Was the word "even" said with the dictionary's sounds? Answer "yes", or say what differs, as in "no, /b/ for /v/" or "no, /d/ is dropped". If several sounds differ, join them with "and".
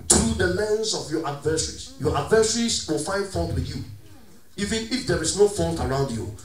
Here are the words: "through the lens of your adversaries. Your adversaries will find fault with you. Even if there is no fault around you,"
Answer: yes